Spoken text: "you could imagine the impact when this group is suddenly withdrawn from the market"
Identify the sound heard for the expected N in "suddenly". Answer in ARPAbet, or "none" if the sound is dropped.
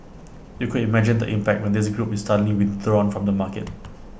none